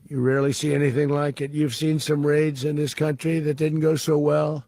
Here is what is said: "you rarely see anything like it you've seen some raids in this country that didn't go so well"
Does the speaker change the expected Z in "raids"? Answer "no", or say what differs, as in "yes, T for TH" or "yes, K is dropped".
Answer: no